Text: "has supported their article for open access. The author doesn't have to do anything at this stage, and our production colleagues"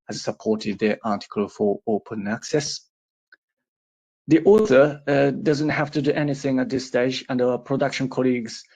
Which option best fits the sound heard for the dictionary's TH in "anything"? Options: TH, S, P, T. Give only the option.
TH